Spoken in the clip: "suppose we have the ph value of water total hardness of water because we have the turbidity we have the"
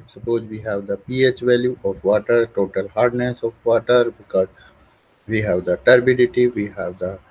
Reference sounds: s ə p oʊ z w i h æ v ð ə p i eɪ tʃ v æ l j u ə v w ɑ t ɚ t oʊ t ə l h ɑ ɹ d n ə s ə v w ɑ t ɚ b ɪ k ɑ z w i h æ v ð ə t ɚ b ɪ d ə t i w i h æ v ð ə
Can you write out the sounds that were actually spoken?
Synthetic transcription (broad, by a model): s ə p oʊ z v i h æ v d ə p i eɪ tʃ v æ l j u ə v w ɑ t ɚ t oʊ t ə l h ɑ ɹ d n ə s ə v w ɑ t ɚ b ɪ k ɑ z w i h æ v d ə t ɚ b ɪ d ə t i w i h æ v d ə